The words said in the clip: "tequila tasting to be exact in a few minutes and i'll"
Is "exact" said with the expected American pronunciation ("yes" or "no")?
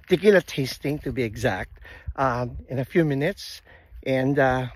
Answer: yes